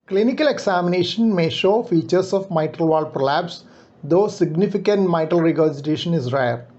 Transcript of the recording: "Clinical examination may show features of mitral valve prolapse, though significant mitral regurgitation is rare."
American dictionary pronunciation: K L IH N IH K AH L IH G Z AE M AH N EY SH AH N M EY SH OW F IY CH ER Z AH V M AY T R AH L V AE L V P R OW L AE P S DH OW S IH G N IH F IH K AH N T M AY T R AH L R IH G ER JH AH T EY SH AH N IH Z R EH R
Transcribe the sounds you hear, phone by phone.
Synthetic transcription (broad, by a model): K L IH N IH K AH L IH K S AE M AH N EY SH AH N M EY SH OW F IY CH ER S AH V M AY T R AH L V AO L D P R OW L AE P S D OW S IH G N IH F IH K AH N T M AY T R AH L R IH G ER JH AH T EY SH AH N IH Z R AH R